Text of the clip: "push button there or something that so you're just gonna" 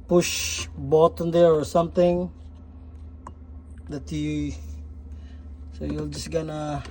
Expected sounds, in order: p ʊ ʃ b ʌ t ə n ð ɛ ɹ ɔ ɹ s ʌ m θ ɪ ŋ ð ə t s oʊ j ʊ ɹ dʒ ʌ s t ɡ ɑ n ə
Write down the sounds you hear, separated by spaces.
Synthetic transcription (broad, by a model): p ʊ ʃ b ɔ t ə n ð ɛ ɹ ɔ ɹ s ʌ m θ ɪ ŋ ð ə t s oʊ j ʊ l dʒ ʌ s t ɡ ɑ n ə